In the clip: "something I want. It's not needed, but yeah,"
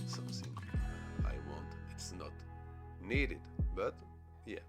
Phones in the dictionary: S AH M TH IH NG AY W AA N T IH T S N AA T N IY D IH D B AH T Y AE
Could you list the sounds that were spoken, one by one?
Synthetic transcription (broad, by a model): S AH M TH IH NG AY W AA N T IH T S N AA T N IY D IH D B AH T Y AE